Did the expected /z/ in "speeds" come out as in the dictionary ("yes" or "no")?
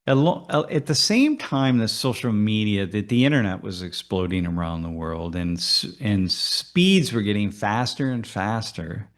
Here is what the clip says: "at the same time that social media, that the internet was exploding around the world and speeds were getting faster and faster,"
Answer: yes